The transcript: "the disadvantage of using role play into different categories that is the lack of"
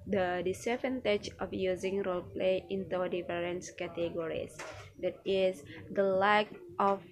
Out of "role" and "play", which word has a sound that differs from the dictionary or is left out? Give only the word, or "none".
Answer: none